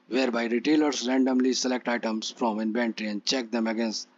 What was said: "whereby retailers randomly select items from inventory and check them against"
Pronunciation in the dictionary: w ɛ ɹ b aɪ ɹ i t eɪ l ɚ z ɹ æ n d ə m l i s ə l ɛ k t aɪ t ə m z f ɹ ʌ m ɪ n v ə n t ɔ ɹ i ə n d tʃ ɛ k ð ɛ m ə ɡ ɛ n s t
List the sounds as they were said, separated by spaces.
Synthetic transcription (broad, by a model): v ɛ ɹ b aɪ ɹ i t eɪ l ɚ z ɹ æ n d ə m l i s ə l ɛ k t aɪ t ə m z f ɹ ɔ m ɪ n b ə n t ɹ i ə n d tʃ ɛ k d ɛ m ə ɡ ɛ n s t